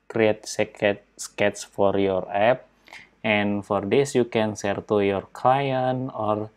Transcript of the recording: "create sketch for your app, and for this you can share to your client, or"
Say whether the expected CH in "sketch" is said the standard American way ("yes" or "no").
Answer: no